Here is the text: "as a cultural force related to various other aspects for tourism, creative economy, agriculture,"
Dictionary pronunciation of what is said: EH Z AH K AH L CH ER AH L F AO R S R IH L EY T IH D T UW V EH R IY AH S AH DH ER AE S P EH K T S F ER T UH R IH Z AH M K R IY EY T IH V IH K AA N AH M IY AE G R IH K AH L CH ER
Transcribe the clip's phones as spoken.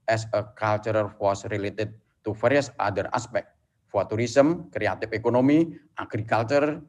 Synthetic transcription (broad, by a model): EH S AH K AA L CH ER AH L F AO S R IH L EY T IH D T UW F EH R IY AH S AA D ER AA S P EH K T F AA T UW R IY S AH M K R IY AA T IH F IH K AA N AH M IY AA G R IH K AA L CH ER